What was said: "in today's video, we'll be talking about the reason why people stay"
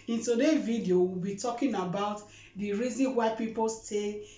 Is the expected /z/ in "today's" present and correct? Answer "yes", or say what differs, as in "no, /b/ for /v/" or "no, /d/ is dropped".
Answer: no, /z/ is dropped